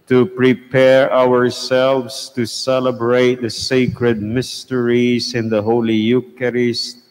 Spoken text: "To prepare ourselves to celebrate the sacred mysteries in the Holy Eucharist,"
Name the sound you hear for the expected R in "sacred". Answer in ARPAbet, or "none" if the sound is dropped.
R